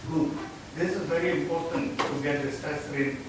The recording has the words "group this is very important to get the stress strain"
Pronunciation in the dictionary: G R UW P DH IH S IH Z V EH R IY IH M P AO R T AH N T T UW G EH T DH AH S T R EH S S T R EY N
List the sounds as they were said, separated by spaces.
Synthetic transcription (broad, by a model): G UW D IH S IH Z V EH R IY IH M P AO R T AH N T T UW G EH T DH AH S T EH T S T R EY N